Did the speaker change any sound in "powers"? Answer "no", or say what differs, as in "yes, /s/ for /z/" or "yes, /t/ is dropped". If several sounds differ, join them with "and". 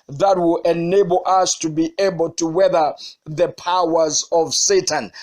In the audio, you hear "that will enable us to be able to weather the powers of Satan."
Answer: no